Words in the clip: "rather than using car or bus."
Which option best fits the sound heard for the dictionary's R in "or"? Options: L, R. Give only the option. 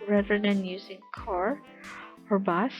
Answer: R